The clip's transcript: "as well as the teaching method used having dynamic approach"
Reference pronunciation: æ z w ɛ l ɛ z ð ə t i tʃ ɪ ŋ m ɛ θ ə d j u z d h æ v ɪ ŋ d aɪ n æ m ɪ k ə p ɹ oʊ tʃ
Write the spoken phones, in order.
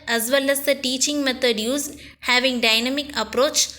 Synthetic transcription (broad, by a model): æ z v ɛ l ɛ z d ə t i tʃ ɪ ŋ m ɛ t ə d j u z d h æ v ɪ ŋ d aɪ n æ m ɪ k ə p ɹ oʊ tʃ